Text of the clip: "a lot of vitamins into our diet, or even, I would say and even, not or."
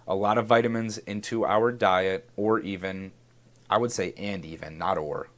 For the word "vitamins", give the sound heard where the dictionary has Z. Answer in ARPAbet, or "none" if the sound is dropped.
Z